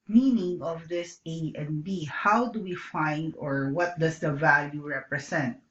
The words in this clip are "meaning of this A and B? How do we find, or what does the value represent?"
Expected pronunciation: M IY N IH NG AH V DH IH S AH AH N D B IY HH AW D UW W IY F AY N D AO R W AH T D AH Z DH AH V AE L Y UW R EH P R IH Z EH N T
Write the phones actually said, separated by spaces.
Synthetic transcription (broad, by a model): M IY N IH NG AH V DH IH S AH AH N B IY HH AW D UW W IY F AY N D AO R W AH T D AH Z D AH V AE L Y UW R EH P R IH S EH N T